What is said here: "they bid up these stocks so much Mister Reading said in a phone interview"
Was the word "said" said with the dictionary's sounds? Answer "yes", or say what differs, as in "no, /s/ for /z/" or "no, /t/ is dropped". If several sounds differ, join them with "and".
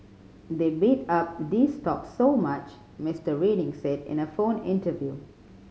yes